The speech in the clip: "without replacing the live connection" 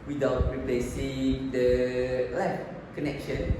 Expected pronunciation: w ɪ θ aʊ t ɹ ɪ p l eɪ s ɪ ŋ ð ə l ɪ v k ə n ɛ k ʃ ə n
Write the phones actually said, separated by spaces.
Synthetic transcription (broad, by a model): w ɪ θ aʊ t ɹ ɪ p l eɪ s ɪ ŋ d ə l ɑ f k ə n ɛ k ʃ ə n